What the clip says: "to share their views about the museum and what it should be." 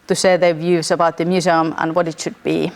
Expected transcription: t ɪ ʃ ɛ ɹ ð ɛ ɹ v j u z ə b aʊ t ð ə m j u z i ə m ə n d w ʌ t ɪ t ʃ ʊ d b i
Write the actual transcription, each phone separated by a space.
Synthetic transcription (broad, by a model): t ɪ s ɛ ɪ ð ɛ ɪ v j u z ə b aʊ t ð ə m j u z i ə m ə n w ʌ t ɪ t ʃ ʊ d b i